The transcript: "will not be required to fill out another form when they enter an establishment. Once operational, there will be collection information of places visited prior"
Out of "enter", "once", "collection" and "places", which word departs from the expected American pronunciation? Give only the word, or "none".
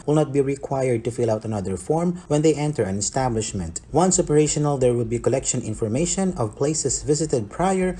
places